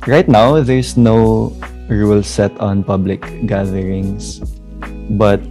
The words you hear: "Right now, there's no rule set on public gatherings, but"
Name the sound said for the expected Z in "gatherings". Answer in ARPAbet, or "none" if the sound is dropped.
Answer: S